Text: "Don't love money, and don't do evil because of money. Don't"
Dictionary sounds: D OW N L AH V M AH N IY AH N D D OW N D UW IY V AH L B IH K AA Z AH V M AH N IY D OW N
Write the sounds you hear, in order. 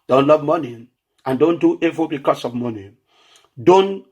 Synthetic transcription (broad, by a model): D OW N L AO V M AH N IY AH N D D OW N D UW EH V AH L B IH K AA S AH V M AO N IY D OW N